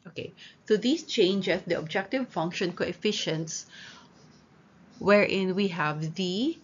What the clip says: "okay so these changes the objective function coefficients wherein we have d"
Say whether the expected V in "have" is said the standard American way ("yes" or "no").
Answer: yes